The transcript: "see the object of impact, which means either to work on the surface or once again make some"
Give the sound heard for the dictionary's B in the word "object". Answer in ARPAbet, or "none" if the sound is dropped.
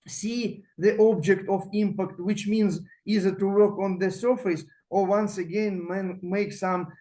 B